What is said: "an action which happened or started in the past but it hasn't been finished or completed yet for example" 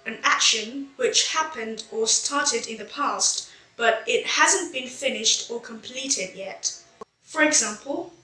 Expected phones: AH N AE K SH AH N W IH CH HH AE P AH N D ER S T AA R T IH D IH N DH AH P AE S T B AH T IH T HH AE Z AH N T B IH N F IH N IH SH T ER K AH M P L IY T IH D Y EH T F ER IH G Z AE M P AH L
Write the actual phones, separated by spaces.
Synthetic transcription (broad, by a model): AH N AE K SH AH N W IH CH HH AE P AH N D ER S T AA R T IH D IH N DH AH P AE S T B AH T IH T HH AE Z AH N B IH N F IH N IH SH T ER K AH M P L IY T IH D Y EH T F ER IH G Z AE M P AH L